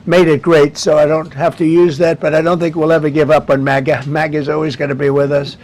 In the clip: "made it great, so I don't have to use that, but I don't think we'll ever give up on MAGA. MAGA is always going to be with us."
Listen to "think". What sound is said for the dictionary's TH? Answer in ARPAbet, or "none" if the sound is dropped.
TH